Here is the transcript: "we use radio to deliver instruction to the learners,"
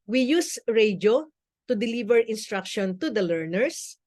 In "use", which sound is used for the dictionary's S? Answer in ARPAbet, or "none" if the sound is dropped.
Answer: S